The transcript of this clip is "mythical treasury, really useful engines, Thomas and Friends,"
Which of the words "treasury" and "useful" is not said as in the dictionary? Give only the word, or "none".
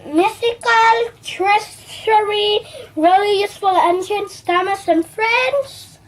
treasury